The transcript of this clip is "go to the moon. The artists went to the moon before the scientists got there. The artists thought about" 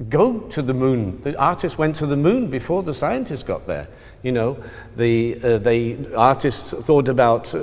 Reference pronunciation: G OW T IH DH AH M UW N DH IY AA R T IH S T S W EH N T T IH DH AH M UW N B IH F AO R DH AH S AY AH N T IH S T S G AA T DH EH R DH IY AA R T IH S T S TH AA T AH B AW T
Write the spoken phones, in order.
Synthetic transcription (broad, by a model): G OW T IH DH AH M UW N DH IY AA R T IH S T W EH N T T IH DH AH M UW N B IH F AO R DH AH S AY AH N T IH S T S G AA T DH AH R DH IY AA R T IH S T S TH AA T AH B AW T